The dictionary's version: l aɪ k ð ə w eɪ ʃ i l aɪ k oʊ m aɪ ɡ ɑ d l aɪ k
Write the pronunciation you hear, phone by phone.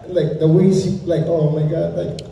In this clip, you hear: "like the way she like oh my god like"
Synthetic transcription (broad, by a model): l aɪ k ð ə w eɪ s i l aɪ k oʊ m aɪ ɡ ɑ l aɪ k